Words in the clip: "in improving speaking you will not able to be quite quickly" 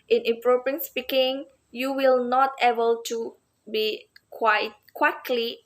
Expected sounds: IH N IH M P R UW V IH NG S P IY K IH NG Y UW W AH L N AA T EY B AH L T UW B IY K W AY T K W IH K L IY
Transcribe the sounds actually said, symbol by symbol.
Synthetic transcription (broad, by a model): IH N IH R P R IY IH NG S P IY K IH NG Y UW W AH L N AA T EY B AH L T UW B IY K W AY T K W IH K L IY